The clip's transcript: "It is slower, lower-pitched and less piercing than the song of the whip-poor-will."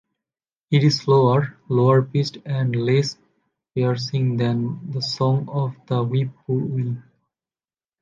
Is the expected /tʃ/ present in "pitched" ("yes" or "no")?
no